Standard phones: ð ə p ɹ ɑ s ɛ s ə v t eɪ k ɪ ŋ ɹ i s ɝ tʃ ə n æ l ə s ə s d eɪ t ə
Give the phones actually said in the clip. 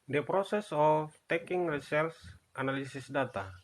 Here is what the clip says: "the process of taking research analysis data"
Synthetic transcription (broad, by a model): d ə p ɹ ɑ s ɛ s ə f t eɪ k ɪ ŋ ɹ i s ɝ s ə n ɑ l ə s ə s d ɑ t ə